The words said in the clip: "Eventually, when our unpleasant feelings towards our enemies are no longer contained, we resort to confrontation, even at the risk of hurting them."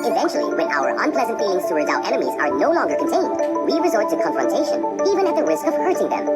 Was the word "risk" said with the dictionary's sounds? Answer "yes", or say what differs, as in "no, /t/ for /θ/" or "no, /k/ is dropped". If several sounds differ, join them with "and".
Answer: yes